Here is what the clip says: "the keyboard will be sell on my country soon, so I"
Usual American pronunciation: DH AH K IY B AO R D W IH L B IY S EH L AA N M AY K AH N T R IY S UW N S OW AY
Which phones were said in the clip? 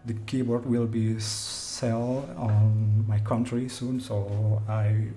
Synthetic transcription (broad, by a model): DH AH K IY B AO R D W IH L B IY S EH L AA N M AY K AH N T R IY S UW N S OW AY